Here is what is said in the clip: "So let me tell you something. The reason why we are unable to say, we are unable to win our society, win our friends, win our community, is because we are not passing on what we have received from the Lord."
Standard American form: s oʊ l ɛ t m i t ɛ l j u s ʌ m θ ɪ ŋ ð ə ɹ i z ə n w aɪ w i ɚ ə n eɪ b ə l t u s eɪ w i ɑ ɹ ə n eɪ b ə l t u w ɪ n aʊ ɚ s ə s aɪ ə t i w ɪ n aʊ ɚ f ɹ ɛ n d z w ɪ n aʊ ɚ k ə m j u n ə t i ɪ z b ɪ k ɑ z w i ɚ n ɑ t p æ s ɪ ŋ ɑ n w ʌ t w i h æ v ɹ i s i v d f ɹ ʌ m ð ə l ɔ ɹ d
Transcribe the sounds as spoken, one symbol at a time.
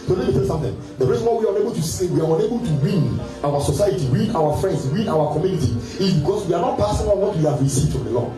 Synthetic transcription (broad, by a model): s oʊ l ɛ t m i t ɛ l s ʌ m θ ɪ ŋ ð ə ɹ i z ə n w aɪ w i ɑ ə n eɪ b ə l t u s eɪ w i ɑ ɹ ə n eɪ b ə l t u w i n aʊ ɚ s ə s aɪ ə t i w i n aʊ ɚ f ɹ ɛ n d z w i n aʊ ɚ k ə m j u n ə t i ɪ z b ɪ k ɑ s w i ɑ n ɑ t p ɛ s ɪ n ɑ l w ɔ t w i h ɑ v ɹ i s i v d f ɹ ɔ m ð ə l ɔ